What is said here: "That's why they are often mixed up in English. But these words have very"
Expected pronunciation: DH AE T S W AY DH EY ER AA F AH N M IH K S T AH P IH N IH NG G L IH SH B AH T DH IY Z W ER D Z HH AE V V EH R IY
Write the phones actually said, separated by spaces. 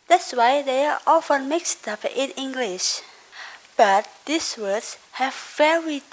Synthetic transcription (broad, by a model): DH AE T S W AY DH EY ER AA F AH N M IH K S T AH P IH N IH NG G L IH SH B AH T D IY S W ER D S HH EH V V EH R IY